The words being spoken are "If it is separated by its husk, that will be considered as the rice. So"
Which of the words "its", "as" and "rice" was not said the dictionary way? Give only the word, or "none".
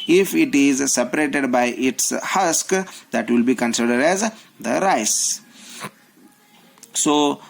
none